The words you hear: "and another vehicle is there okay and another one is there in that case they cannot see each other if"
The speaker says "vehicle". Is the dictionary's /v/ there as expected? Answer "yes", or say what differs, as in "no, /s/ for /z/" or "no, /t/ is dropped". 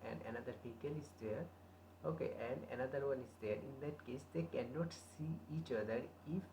no, /p/ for /v/